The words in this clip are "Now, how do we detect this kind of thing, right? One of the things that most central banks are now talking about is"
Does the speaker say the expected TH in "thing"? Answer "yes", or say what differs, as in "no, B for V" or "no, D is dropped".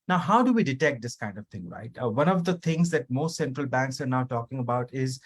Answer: no, T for TH